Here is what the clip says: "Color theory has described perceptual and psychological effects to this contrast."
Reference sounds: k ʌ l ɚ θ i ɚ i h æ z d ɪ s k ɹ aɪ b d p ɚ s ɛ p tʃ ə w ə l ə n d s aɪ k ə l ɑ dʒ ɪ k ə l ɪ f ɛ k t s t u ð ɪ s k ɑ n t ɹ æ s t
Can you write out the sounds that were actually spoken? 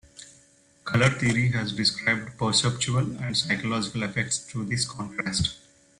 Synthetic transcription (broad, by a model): k ʌ l ɚ t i ɚ i h æ z d ɪ s k ɹ aɪ b d p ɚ s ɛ p tʃ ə ə l ə n d s aɪ k ə l ɑ dʒ ɪ k ə l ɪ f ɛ k t s t u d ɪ s k ɑ n t ɹ æ s t